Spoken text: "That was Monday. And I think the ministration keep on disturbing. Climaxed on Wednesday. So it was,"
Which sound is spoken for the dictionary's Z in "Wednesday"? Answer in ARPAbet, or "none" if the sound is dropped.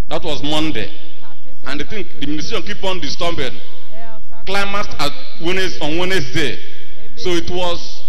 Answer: S